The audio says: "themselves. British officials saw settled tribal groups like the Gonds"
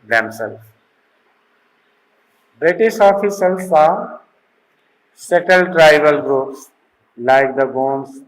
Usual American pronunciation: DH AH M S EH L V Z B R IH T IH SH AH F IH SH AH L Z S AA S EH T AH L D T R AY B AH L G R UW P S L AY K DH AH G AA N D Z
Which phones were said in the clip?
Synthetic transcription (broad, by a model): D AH M S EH L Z B R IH T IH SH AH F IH S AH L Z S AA S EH T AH L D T R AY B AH L G R UW P S L AY K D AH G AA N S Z